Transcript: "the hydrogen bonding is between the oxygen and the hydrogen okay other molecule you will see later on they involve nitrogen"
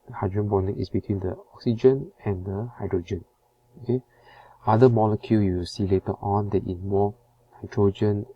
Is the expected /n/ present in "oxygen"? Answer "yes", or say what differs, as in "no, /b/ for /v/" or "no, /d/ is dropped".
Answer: yes